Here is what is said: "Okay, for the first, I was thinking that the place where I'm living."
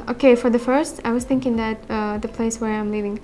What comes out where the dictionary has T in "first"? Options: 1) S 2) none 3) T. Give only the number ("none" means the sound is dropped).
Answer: 3